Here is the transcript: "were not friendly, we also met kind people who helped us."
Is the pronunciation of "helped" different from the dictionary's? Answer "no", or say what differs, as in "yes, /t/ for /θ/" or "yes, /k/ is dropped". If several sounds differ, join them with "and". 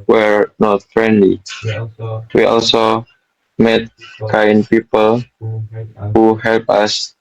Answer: yes, /t/ is dropped